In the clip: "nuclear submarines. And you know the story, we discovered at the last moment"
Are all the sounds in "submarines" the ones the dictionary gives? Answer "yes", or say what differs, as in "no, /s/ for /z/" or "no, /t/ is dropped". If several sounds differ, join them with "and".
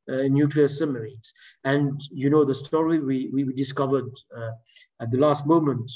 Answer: no, /b/ is dropped and /n/ is dropped